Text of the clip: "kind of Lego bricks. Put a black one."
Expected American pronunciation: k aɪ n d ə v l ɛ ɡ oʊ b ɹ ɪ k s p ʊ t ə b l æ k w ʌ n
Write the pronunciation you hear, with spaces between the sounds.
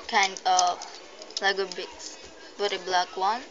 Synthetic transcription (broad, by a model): k aɪ n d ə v l ɛ ɡ oʊ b ɪ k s b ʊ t ə b l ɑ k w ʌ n